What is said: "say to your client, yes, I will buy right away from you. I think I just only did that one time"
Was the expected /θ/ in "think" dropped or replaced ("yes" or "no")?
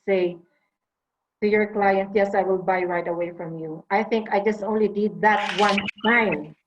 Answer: no